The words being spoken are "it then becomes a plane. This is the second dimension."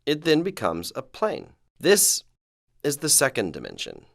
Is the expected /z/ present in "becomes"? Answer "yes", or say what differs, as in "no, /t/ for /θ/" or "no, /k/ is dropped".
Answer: yes